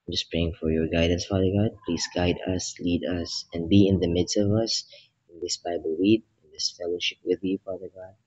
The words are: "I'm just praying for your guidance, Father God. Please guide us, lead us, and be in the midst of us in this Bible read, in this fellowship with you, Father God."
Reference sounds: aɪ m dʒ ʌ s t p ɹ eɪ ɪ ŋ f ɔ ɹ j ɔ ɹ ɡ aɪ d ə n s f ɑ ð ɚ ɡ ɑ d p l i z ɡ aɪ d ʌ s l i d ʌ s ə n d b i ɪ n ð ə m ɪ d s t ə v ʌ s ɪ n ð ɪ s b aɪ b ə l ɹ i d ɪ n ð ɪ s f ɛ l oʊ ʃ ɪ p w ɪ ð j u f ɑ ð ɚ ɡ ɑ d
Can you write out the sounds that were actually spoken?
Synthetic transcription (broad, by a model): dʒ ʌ s p ɹ eɪ ɪ ŋ f ɔ ɹ j ɔ ɹ ɡ aɪ d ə n s f ɑ ð ɚ ɡ ɑ d p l i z ɡ aɪ d ʌ s l i d ʌ s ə n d b i ɪ n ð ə m ɪ d s t ə v ʌ s ɪ n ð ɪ s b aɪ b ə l w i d ɪ n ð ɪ s f ɛ l oʊ ʃ ɪ p w ɪ ð j u f ɑ ð ɚ ɡ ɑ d